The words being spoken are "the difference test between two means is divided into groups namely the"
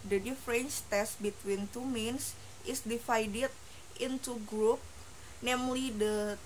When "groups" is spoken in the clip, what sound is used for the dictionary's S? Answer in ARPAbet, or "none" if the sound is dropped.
none